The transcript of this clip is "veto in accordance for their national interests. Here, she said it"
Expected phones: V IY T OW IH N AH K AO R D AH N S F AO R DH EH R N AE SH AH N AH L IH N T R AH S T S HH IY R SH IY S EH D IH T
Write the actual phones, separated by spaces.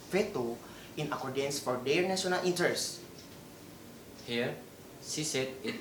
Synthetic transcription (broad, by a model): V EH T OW IH N AH K AO R D AH N S F AO R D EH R N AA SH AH N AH L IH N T AH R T S HH IY R S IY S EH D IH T